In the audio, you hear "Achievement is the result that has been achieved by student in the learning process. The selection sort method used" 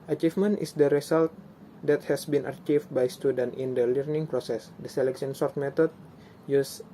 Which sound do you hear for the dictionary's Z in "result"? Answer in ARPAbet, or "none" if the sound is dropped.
S